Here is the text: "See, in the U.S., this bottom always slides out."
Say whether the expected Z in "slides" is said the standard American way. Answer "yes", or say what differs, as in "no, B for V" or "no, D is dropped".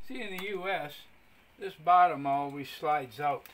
yes